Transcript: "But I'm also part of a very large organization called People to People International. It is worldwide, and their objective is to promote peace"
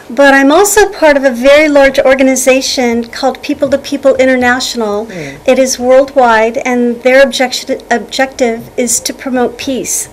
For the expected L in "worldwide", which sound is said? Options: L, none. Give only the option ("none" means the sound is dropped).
L